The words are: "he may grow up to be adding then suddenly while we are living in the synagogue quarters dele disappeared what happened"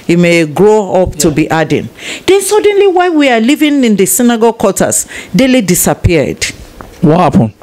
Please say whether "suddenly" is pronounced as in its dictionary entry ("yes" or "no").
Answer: yes